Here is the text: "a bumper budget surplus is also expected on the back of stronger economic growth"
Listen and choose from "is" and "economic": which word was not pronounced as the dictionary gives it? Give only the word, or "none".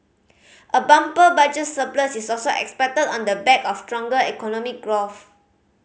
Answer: is